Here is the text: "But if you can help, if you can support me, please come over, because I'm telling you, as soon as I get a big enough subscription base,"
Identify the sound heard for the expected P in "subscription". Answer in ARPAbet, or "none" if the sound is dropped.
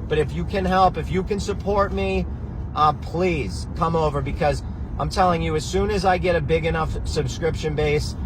P